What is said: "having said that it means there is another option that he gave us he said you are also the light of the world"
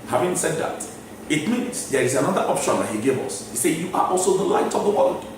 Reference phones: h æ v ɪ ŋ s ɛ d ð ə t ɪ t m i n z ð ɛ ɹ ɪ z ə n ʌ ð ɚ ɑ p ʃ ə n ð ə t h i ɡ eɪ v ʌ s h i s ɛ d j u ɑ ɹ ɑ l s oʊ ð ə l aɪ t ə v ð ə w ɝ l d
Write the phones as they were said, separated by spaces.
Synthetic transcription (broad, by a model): h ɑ v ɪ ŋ s ɛ d ð ə t ɪ t m i n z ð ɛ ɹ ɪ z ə n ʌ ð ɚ ɑ p ʃ ə n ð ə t h i ɡ eɪ v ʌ s h i s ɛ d j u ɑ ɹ ɑ l s oʊ ð ə l aɪ t ə v ð ə w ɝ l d